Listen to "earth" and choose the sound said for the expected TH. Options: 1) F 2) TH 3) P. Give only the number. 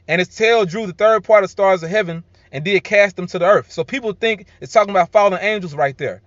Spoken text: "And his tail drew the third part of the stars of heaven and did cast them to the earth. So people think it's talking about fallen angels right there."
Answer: 2